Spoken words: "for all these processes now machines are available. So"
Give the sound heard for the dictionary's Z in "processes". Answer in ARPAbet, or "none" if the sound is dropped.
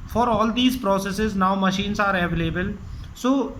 Z